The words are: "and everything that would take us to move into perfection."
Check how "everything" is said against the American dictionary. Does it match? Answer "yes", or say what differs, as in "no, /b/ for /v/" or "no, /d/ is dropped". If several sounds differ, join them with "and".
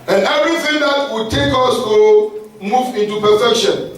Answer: no, /v/ is dropped